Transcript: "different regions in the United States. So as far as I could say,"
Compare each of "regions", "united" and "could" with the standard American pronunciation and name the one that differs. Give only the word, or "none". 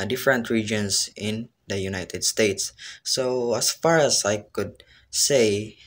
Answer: regions